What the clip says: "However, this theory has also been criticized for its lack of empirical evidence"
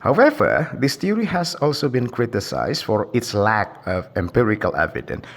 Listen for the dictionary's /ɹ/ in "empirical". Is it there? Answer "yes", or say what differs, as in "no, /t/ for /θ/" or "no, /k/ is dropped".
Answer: yes